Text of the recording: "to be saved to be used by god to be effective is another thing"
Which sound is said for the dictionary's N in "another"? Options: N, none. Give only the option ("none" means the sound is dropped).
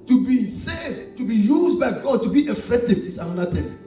none